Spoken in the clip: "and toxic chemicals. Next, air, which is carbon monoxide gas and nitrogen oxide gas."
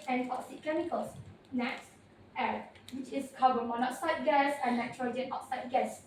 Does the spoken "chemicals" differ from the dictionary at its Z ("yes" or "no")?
yes